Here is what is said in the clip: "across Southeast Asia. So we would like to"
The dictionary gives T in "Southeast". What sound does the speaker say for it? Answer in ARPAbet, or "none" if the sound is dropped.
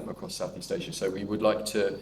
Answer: T